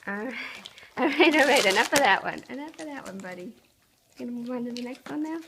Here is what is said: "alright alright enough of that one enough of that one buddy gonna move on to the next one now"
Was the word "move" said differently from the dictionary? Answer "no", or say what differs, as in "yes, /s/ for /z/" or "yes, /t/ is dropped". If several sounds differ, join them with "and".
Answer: yes, /v/ is dropped